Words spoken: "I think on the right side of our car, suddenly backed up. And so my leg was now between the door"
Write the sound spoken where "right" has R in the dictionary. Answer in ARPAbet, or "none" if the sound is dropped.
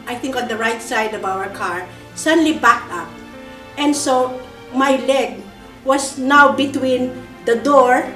R